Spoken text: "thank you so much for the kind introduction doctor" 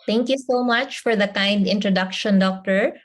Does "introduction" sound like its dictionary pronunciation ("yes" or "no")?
yes